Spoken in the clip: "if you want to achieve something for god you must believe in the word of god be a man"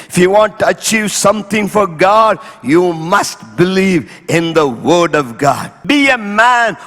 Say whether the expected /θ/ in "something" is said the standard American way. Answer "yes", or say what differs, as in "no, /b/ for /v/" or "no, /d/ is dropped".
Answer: no, /t/ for /θ/